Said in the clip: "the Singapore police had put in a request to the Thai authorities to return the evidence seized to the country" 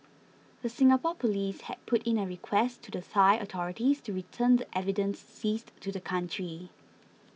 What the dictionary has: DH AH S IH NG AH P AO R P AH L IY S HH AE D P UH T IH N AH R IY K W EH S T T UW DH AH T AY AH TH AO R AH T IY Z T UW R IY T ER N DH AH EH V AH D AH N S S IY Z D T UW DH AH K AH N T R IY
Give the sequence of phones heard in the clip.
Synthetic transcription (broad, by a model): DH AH S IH NG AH P AO P AH L IY S HH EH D P UH T IH N AH R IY K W EH S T T UW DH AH S AY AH T AO R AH T IY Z T UW R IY T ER N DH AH EH V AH D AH N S S IY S T UW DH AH K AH N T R IY